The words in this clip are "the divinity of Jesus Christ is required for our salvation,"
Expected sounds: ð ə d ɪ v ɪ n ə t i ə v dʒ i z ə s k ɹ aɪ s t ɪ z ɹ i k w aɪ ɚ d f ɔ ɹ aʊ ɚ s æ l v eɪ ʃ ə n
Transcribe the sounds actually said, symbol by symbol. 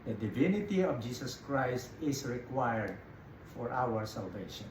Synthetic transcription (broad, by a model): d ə d ɪ v ɪ n ə t i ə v dʒ i s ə s k ɹ aɪ s t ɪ s ɹ i k w aɪ ɚ d f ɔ ɹ aʊ ɚ s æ l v eɪ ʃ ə n